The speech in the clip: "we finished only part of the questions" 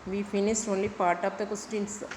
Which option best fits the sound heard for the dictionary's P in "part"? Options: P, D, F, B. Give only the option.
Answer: P